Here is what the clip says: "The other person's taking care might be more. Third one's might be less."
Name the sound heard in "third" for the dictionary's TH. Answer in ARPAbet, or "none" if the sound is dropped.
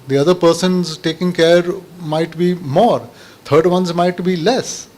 T